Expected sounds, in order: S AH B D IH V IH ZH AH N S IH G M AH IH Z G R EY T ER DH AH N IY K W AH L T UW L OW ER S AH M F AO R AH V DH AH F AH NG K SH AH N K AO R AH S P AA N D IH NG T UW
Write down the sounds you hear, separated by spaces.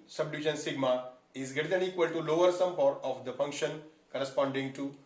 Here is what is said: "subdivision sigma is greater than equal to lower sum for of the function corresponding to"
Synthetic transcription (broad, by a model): S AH B D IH V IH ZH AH N S IH G M AH IH Z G EY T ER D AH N IY K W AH L T UW L OW ER S AH M P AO R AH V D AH F AH NG K SH AH N K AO R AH S P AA N D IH NG T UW